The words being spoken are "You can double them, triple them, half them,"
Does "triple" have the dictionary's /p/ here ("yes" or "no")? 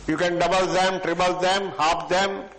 no